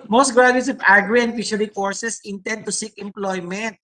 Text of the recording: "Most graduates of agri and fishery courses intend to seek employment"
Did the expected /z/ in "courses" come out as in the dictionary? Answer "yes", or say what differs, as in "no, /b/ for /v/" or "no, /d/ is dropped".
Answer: no, /s/ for /z/